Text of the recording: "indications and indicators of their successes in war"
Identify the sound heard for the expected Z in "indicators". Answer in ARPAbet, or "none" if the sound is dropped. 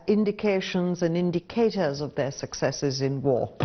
Z